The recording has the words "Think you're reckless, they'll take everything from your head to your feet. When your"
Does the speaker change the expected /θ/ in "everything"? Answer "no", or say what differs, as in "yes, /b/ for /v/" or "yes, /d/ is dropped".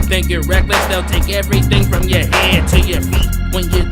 no